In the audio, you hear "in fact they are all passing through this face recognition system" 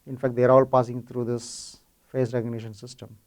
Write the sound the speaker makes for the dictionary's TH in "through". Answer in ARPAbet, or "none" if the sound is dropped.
T